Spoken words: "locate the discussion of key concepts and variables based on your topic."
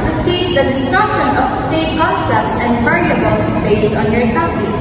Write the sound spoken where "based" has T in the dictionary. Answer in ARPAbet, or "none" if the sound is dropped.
none